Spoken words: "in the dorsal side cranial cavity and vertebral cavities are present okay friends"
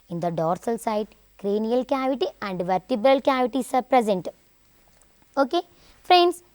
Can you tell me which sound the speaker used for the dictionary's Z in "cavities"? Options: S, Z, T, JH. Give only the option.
S